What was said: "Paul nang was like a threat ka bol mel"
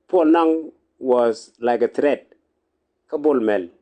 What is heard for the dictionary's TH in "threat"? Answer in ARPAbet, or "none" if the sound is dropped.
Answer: T